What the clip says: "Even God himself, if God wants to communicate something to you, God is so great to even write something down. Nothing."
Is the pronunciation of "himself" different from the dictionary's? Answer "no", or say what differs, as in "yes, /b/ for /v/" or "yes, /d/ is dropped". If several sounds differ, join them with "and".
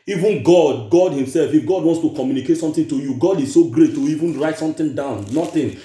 no